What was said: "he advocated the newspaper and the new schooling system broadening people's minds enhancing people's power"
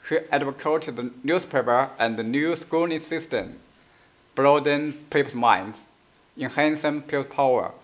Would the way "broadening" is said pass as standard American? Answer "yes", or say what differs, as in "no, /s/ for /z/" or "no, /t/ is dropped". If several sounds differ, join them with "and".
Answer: no, /n/ is dropped